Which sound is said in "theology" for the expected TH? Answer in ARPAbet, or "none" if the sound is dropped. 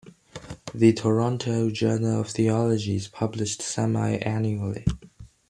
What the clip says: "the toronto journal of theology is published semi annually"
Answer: TH